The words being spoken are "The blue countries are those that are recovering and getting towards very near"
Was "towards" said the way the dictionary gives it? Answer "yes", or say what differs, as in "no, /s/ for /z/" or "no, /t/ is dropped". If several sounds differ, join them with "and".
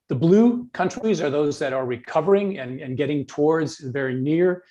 yes